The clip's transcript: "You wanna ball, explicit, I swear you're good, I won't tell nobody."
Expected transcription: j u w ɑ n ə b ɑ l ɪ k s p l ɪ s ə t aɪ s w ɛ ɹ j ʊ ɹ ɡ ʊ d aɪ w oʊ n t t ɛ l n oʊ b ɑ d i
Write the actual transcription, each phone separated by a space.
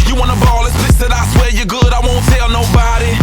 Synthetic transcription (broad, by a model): j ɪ w ɑ n ə b ɑ l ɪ s l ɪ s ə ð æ s w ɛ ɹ j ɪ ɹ ɡ ʊ d aɪ w oʊ n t t ɛ l n oʊ b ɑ d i